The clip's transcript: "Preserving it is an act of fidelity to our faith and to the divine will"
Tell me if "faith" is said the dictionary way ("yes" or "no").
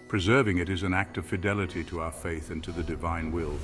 yes